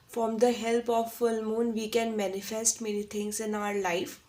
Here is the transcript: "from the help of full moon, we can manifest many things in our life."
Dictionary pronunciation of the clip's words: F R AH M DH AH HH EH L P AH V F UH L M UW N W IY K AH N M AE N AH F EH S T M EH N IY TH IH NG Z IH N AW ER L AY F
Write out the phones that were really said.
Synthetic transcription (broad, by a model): F R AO M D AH HH EH L P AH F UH L M UW N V IY K AH N M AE N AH F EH S T M EH N IY T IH NG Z IH N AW ER L AY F